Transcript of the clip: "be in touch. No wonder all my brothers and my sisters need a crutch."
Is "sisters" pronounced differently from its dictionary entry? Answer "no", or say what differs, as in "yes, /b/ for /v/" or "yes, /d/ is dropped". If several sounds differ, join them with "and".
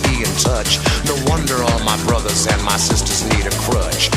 no